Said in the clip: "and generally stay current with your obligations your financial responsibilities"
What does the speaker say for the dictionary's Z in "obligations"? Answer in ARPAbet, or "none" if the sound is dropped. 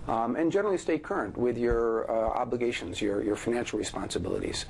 Z